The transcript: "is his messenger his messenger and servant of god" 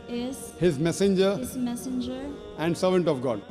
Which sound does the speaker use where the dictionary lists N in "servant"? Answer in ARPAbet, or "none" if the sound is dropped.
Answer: N